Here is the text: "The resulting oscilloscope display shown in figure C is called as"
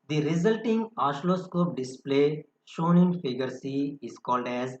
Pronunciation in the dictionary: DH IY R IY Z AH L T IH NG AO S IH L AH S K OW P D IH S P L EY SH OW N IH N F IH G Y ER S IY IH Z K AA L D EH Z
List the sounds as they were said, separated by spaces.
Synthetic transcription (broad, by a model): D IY R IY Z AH L T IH NG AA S L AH S K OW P D IH S P L EY SH OW N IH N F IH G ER S IY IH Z K AA L D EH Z